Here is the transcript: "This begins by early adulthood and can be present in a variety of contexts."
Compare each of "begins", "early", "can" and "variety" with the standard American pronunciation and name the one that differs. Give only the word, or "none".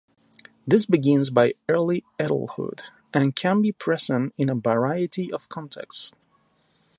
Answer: none